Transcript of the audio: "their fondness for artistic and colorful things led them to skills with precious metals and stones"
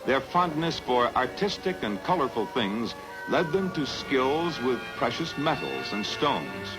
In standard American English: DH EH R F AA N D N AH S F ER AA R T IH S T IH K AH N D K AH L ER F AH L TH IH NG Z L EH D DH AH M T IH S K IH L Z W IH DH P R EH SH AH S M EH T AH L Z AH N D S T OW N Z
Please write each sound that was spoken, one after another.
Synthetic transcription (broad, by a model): DH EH R F AA N D N AH S F ER AA R T IH S T IH K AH N K AH L ER F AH L TH IH NG Z L EH D DH AH M T IH S K IH L Z W IH DH P R EH SH AH S M EH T L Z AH N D S T OW N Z